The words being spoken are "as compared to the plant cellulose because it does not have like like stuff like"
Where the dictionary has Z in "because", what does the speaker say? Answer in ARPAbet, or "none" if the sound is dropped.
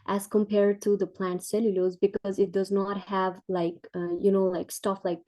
Z